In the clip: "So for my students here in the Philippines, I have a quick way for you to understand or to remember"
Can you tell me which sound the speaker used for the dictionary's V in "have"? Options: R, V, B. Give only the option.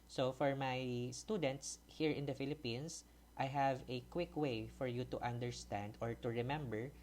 V